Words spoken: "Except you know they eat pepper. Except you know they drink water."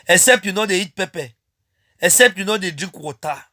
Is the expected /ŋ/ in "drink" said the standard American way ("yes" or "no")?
no